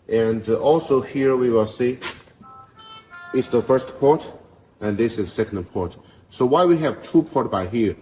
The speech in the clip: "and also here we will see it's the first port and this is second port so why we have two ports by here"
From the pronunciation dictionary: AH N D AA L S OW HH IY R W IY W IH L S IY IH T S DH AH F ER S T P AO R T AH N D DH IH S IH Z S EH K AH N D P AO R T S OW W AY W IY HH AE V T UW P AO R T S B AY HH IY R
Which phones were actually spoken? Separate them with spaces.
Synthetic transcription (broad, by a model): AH N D AA L S OW HH IY R W IY W IH L S IY IH T S DH AH F ER S T P AO R T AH N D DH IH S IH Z S EH K AH N D P AO R T S OW W AY W IY HH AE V T UW P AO R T B AY HH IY R